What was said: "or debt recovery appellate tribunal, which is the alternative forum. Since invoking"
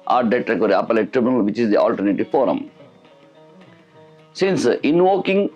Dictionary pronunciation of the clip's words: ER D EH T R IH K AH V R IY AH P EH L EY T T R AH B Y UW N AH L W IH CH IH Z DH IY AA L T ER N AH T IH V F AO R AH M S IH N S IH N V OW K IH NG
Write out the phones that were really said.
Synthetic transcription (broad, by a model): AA D EH T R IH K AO R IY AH P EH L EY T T R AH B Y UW N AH L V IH CH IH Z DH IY AA L T ER N AH T IH V F AO R AH M S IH N S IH N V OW K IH NG